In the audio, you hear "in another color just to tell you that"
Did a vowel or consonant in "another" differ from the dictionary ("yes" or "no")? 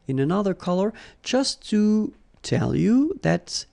no